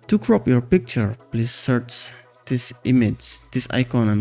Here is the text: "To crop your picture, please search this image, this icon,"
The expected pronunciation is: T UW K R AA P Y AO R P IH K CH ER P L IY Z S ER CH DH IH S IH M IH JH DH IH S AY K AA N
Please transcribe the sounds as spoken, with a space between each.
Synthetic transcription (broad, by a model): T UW K R AA P Y AO R P IH K CH ER P L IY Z S ER CH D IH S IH M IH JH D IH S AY K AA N